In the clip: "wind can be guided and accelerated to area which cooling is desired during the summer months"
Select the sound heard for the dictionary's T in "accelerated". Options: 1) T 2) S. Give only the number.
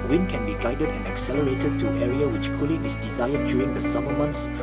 1